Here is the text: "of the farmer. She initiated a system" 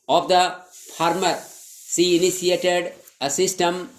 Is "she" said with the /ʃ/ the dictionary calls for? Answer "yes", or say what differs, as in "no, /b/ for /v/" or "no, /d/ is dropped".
no, /s/ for /ʃ/